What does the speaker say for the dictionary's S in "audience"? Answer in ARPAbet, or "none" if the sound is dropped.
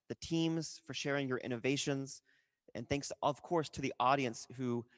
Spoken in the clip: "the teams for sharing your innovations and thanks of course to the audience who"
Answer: S